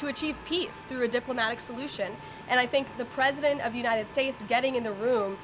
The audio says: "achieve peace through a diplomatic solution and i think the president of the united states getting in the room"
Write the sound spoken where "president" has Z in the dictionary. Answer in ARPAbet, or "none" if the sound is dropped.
Z